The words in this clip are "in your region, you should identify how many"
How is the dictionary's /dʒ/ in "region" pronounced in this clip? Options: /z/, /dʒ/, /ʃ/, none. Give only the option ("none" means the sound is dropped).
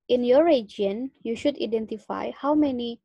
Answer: none